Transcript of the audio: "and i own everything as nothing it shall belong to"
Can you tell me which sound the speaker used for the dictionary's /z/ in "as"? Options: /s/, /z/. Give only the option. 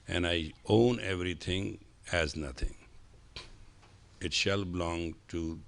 /z/